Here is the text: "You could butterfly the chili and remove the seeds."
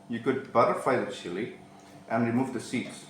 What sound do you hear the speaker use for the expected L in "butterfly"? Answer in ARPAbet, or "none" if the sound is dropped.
none